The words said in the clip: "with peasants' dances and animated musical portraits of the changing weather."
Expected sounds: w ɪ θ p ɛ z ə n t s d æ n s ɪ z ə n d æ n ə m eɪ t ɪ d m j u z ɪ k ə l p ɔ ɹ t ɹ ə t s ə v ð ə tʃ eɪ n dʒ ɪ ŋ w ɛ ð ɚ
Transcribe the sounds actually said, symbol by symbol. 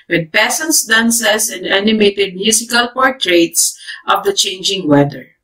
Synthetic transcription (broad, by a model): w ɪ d p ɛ s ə n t s d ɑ n s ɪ s ə n d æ n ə m eɪ t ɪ d m j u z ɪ k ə l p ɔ ɹ t ɹ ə t s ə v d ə tʃ eɪ n dʒ ɪ ŋ w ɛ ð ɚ